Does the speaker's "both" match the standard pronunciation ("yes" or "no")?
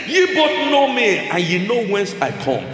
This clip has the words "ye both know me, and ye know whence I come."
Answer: no